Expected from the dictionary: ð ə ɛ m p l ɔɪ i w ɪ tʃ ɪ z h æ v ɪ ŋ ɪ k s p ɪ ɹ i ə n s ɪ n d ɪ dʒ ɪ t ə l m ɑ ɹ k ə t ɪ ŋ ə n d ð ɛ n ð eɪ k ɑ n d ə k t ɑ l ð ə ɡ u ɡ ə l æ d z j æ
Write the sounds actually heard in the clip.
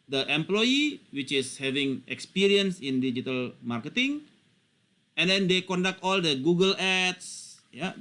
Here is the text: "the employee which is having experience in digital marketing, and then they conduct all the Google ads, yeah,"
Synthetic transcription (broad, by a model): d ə ɛ m p l ɔɪ i w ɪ tʃ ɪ s h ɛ v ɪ ŋ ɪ k s p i ɹ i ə n s ɪ n d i dʒ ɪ t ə l m ɑ ɹ k ə t ɪ ŋ ə n d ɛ n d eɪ k ɑ n d ə k t ɑ l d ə ɡ u ɡ ə l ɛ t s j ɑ